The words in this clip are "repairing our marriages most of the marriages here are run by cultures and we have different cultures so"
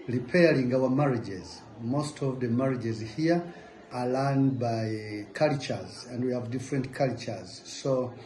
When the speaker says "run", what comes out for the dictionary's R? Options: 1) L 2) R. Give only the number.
1